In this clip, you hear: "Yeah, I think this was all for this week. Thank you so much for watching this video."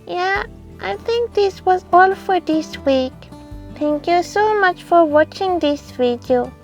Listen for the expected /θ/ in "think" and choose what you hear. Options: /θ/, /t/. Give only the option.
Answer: /t/